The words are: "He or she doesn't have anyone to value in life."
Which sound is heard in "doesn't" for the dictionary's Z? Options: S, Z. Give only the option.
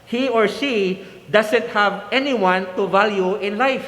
S